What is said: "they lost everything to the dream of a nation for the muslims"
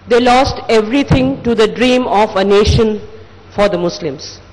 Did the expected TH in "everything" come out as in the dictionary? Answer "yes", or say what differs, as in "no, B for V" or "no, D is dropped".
no, T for TH